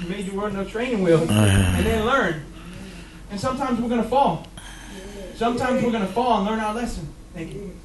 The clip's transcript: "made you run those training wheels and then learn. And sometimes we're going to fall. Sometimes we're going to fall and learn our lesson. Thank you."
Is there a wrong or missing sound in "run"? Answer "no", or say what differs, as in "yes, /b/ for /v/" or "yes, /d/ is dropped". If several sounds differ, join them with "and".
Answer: yes, /w/ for /ɹ/